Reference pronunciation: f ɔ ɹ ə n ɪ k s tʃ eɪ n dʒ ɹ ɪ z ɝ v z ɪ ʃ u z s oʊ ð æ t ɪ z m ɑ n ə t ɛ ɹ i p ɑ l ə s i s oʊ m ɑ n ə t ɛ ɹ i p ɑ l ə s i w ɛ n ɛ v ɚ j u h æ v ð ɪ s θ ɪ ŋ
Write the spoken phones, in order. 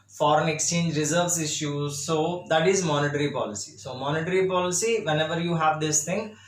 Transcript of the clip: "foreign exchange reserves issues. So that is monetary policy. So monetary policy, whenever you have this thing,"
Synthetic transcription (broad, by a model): f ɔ ɹ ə n ɪ k s tʃ eɪ n dʒ ɹ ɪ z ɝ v s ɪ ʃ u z s oʊ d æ t ɪ z m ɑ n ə t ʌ ɹ i p ɑ l ə s i s oʊ m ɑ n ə t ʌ ɹ i p ɑ l ə s i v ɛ n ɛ v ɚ j u h æ v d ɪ s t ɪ ŋ